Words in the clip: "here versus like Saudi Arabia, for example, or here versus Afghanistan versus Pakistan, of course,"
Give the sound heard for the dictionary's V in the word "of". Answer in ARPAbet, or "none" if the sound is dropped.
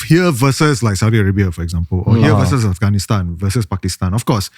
F